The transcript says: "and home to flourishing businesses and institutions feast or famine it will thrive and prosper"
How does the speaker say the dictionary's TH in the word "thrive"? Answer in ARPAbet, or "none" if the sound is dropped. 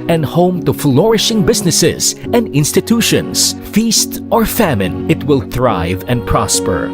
TH